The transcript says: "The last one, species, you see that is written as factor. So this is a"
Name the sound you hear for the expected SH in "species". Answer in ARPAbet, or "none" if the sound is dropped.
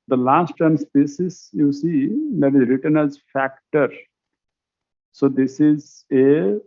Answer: S